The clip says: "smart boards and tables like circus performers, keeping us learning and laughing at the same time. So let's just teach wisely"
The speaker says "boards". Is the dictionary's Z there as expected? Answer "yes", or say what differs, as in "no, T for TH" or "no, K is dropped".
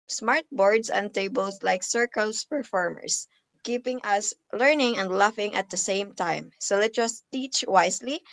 no, S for Z